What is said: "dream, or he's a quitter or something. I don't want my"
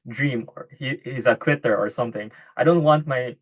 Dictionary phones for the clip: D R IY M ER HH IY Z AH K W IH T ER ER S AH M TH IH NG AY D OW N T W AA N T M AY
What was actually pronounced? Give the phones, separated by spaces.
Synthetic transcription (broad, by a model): D R IY M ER HH IY Z AH K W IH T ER ER S AH M TH IH NG AY D OW N T W AA N T M AY